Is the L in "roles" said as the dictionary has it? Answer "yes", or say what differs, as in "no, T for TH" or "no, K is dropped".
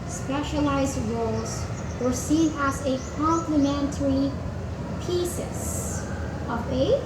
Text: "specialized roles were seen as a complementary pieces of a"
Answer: yes